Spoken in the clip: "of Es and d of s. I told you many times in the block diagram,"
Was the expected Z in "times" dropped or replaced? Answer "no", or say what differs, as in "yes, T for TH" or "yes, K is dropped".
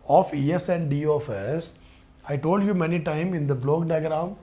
yes, Z is dropped